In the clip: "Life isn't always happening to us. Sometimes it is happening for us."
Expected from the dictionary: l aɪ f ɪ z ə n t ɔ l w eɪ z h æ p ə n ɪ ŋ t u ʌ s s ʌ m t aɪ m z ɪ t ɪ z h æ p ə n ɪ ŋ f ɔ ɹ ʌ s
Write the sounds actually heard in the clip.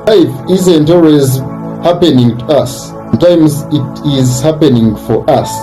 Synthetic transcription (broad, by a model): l aɪ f ɪ z ə n t ɔ l w eɪ z h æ p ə n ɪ ŋ t u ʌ s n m t aɪ m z ɪ t ɪ z h æ p ə n ɪ ŋ f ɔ ɹ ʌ s